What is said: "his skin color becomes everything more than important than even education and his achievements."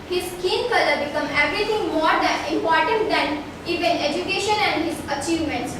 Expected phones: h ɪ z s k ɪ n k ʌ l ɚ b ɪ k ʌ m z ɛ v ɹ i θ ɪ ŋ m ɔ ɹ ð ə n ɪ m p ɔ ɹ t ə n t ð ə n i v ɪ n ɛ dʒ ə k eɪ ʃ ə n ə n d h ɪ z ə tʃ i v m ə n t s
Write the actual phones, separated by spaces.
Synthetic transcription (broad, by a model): h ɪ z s k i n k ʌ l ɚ b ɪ k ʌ m ɛ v ɹ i t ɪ ŋ m ɔ ɹ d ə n ɪ m p ɔ ɹ t ə n t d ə n i v ɪ n ɛ dʒ ə k eɪ ʃ ə n ə n d h ɪ z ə tʃ i v m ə n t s